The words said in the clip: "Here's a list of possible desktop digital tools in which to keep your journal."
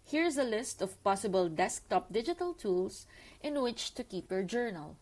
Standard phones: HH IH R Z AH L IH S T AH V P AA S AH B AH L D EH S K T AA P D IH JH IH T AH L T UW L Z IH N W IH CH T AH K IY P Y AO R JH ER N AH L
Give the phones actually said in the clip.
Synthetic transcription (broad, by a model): HH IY R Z AH L IH S T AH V P AA S AH B AH L D EH S K T AA P D IH JH IH T AH L T UW L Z IH N W IH CH T AH K IY P Y AO R JH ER N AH L